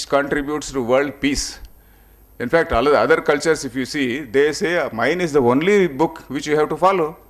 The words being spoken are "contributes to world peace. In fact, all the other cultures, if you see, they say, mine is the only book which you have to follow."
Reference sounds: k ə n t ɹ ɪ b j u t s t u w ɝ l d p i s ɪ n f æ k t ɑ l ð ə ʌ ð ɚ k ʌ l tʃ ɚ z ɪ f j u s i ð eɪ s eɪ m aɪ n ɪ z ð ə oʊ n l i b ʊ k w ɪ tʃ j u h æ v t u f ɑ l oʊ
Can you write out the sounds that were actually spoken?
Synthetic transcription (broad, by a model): k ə n t ɹ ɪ b j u t s t u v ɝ l d p i s ɪ n f æ k t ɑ l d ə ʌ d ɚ k ʌ l tʃ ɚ s ɪ f j u s i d eɪ s eɪ m aɪ n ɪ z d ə oʊ n l i b ʊ k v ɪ tʃ j u h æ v t u f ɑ l oʊ